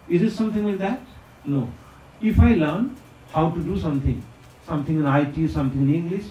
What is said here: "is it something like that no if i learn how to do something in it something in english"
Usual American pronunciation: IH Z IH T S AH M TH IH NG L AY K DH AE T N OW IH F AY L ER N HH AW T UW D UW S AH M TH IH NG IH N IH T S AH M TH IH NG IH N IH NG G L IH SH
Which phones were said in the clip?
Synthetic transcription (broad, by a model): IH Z IH T S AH M T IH NG W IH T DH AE T N OW IH F AY L ER N HH AW T UW D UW S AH M T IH NG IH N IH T S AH M T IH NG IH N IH NG G L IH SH